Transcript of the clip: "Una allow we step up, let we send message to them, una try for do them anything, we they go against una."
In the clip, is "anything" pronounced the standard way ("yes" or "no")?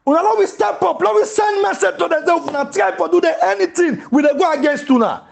no